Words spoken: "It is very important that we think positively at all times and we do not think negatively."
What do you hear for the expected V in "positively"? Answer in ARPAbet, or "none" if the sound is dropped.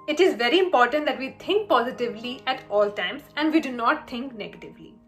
V